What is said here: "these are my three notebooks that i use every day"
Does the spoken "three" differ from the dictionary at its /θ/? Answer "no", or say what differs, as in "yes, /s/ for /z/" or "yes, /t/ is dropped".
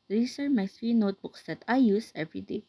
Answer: yes, /s/ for /θ/